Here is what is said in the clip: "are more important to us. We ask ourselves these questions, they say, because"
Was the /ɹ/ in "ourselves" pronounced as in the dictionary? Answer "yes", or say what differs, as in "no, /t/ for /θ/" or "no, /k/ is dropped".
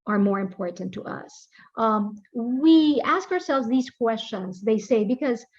yes